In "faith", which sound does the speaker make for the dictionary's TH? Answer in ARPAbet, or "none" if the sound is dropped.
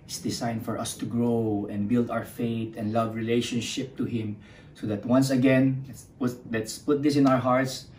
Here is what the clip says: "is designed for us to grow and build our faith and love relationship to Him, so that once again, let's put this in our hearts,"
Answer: T